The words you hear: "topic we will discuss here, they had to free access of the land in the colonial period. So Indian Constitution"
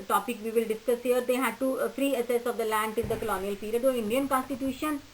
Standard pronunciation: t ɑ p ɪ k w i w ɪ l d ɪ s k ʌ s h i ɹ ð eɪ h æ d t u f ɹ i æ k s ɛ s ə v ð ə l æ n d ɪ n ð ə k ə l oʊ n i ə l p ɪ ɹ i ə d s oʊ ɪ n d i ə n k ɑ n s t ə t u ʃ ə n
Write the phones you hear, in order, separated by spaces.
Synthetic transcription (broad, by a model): t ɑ p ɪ k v i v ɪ l d ɪ s k ʌ s h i ɹ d eɪ h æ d t u f ɹ i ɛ s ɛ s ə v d ə l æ n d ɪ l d ə k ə l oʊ n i ə l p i ɹ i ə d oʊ ɪ n d i ə n k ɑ n s t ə t u ʃ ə n